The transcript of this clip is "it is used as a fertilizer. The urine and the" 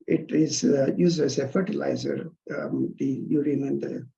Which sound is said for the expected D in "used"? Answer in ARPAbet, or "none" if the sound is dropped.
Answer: none